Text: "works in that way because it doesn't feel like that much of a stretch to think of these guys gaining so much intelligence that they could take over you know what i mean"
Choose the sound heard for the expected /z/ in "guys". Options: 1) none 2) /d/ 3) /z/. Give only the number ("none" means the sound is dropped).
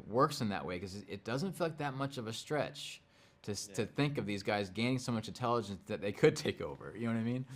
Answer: 3